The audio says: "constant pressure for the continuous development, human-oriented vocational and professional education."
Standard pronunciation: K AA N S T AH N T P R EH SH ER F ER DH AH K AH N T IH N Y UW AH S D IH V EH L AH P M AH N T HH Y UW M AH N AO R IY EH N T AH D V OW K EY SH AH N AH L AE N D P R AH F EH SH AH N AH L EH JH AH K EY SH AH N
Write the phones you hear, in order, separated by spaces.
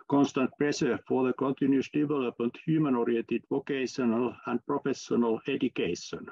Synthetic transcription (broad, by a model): K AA N S T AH N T P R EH S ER F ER DH AH K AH N T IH N Y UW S D IH V EH L AH P M AH N T HH Y UW M AH N AO R IY EH N T AH D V OW K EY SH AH N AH L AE N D P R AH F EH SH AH N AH L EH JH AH K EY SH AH N